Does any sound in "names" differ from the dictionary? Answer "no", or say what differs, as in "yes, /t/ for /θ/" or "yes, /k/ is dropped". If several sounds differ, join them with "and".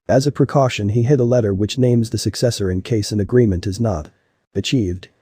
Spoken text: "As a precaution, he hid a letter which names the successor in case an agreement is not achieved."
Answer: no